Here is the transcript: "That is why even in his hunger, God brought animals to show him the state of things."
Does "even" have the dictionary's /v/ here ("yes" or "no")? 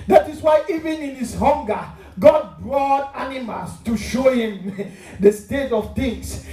yes